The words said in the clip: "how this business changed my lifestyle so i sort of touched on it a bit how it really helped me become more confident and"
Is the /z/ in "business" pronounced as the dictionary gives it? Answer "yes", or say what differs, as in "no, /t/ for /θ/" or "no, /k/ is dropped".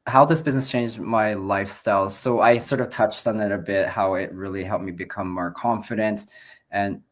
yes